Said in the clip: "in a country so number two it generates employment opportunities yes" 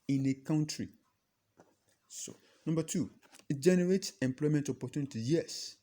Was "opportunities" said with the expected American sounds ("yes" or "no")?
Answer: no